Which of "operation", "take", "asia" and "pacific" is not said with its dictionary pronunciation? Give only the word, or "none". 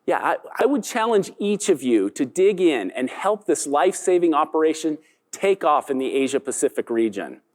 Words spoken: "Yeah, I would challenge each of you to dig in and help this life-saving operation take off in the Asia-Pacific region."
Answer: none